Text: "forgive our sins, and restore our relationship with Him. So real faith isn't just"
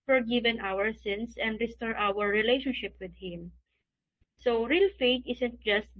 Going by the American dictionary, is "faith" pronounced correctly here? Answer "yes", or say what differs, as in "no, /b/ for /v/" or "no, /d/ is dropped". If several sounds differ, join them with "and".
no, /t/ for /θ/